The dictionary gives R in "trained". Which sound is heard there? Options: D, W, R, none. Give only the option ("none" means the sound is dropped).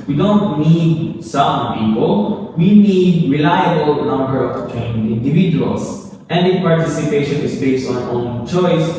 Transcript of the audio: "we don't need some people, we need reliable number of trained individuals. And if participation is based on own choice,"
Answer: none